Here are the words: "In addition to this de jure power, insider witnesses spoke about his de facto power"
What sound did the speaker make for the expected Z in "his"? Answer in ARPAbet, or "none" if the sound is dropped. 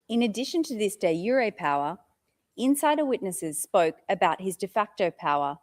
Z